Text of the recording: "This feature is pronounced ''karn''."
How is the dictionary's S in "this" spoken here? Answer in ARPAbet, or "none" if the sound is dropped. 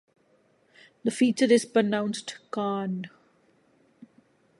none